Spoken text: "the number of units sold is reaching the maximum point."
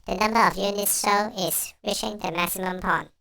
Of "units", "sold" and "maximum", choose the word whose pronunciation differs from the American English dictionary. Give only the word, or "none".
sold